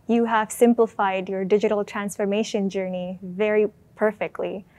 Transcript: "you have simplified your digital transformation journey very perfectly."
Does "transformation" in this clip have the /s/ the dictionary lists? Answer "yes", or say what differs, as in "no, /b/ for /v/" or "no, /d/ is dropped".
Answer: yes